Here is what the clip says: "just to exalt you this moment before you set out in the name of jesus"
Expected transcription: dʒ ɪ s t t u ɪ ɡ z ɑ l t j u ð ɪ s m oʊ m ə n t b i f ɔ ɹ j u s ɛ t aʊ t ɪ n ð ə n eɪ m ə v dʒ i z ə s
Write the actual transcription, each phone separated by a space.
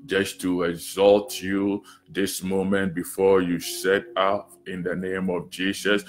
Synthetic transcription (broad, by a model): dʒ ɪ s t t u ɪ ɡ z ɑ l t j u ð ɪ s m oʊ m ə n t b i f ɔ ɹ j u s ɛ t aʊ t ɪ n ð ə n eɪ m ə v dʒ i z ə s